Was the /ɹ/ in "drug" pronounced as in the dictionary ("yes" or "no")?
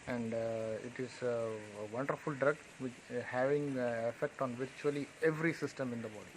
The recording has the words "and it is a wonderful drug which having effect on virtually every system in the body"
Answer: yes